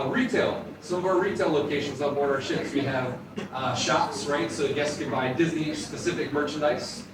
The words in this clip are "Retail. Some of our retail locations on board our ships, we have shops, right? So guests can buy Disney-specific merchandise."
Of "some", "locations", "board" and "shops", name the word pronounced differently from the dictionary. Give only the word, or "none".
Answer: board